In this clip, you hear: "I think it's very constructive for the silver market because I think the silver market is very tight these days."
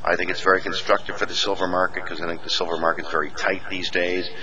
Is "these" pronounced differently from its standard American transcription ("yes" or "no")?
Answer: no